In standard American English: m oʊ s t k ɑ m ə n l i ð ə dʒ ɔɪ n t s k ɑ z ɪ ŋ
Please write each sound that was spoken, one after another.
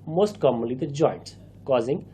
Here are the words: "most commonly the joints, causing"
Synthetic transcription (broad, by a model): m oʊ s t k ɑ m ə n l i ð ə dʒ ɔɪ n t k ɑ z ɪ ŋ